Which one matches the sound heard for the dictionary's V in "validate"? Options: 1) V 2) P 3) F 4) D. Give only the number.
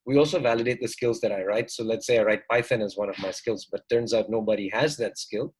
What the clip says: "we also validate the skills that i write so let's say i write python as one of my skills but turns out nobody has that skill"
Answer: 1